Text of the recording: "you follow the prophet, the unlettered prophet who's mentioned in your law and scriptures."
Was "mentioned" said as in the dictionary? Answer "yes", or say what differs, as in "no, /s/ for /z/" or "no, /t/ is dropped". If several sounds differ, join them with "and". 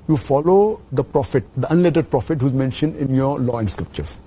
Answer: yes